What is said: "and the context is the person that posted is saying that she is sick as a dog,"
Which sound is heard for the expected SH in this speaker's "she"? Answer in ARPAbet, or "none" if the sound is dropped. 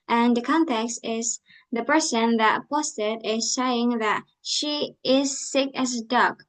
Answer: SH